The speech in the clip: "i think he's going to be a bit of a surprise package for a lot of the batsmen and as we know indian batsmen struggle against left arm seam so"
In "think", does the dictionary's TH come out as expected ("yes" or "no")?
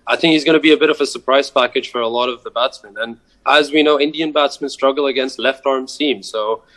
yes